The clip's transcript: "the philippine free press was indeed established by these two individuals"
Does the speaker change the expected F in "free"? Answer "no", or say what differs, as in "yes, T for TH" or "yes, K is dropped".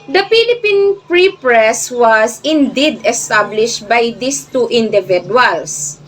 yes, P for F